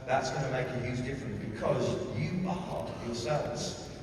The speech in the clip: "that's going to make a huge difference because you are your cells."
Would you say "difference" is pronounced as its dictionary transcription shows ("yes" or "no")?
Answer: no